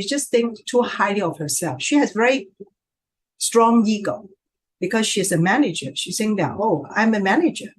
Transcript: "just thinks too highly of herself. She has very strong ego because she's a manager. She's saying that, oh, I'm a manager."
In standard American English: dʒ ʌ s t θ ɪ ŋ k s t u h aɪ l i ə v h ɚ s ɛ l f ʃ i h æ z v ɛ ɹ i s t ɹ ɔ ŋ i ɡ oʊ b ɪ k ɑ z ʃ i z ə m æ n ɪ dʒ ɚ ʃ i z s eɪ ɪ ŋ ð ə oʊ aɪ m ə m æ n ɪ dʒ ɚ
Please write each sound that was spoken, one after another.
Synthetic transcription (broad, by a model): dʒ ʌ s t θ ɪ ŋ k t u h aɪ l i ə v h ɚ s ɛ l f ʃ i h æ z v ɛ ɹ i s t ɹ ɔ ŋ i ɡ oʊ b ɪ k ɑ z ʃ i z ə m æ n ɪ dʒ ɚ ʃ i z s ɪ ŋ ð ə oʊ aɪ m ə m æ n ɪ dʒ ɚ